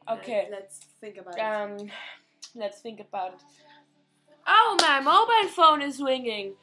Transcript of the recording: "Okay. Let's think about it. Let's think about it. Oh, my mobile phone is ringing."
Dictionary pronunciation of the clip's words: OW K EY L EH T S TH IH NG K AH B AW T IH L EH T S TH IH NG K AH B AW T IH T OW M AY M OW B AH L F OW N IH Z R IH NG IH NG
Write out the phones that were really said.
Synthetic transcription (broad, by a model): OW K EY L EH T S TH IH NG K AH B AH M L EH T S TH IH NG K AH B AW T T T OW M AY M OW B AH L F OW N IH Z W IH NG IH NG